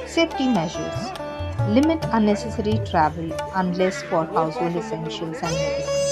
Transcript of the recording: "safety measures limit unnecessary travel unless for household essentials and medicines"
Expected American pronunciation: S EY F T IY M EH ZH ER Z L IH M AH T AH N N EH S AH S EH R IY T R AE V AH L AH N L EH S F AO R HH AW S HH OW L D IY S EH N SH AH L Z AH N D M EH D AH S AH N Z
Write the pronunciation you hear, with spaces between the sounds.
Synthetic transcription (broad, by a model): S EY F T IY M EH ZH ER Z L IH M AH T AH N N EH S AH S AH R IY T R AE V AH L AH N L EH S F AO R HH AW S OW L IY S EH N SH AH L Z AH N D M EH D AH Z